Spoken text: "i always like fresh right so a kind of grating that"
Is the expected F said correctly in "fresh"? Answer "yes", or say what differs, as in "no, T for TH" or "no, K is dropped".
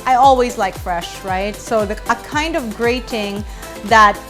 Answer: yes